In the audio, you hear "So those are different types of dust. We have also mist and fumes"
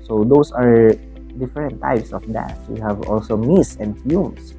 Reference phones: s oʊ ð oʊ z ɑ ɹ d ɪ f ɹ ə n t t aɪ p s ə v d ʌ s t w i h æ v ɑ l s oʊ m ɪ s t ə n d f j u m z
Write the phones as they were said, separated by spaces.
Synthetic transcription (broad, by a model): s oʊ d oʊ s ɑ ɹ d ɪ f ɹ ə n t t aɪ p s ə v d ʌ t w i h æ v ɑ l s oʊ m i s ə n d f j u m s